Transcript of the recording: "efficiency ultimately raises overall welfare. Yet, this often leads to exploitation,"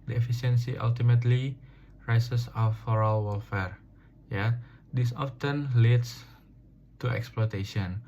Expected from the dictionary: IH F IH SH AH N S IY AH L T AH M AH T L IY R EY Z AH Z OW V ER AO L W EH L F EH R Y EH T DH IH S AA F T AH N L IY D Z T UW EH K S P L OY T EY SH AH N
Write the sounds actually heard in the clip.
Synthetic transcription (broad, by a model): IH F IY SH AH N S IY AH L T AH M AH T L IY R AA S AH S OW F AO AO L W EH L F EH R Y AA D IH S AA F T AH N L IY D S T UW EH K S P L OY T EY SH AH N